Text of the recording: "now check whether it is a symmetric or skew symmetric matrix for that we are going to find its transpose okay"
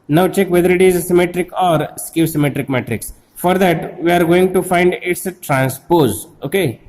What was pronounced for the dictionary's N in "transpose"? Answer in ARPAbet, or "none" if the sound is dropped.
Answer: N